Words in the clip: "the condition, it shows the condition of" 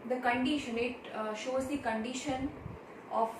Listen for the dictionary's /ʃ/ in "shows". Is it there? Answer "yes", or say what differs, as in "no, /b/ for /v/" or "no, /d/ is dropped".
yes